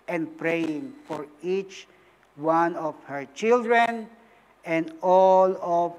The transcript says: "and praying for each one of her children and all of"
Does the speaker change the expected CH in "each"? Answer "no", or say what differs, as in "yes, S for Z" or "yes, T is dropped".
no